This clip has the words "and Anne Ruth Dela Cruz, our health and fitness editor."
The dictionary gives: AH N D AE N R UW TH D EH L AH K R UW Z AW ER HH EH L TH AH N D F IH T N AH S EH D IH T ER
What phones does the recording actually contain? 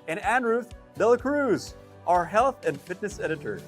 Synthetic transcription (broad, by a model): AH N AE N R UW TH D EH L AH K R UW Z AW ER HH EH L TH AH N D F IH T N AH S EH D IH T ER